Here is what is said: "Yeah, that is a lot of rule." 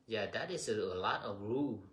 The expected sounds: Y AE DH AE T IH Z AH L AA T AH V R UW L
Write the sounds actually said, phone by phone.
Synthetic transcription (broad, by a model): Y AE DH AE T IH S AH L AA T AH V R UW